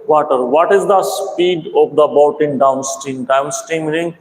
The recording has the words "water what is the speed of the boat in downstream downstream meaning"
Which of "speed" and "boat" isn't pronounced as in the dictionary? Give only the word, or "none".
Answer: none